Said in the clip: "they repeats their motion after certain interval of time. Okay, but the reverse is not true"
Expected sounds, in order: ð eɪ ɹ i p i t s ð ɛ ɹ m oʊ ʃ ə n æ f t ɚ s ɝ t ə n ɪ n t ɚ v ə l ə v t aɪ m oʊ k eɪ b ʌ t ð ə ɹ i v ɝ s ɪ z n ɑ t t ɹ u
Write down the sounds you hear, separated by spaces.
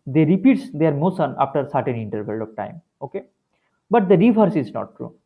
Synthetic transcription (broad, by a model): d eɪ ɹ i p i t s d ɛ ɹ m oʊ s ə n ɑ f t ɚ s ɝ t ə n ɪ n t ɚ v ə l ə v t aɪ m oʊ k eɪ b ʌ t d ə ɹ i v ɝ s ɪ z n ɑ t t ɹ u